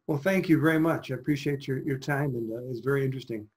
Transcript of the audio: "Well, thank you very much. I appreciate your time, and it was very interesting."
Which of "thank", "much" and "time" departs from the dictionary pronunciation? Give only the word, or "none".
none